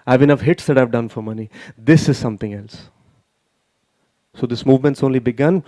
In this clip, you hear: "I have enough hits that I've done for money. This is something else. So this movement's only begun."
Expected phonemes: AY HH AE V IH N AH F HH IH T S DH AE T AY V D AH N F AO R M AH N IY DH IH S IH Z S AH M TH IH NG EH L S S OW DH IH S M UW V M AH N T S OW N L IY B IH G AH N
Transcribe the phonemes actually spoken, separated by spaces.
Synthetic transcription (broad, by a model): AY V IH N AH F HH IH T S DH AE T AY V D AH N F AO R M AH N IY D IH S IH Z S AH M T IH NG EH L S S OW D IH S M UW V M AH N T S OW N L IY B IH G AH N